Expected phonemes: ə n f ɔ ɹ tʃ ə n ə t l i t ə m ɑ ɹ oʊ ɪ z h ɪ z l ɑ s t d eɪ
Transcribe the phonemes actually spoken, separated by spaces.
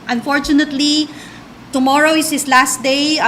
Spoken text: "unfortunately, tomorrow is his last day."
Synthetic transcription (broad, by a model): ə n f ɔ ɹ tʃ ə n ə t l i t ə m ɑ ɹ oʊ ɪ s h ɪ s l ɑ s t d eɪ